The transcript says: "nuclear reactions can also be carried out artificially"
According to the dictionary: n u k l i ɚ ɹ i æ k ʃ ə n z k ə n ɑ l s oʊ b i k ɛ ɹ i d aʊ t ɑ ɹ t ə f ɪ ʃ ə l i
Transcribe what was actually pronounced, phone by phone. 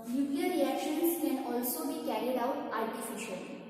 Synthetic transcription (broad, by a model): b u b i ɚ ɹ i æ k ʃ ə n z k ə n ɑ l s oʊ b i k ɛ ɹ i d aʊ t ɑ ɹ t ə f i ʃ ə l